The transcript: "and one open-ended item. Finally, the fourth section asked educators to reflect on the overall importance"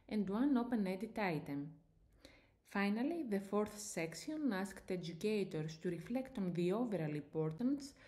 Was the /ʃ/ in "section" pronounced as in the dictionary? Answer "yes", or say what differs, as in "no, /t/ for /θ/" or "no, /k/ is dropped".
no, /s/ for /ʃ/